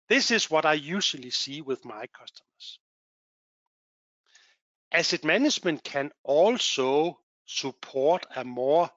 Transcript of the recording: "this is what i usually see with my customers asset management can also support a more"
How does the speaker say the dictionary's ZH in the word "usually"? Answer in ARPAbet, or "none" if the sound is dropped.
SH